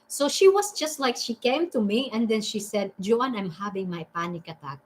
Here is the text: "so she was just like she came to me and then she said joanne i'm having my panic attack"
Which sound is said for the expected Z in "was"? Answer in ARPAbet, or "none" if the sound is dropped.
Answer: S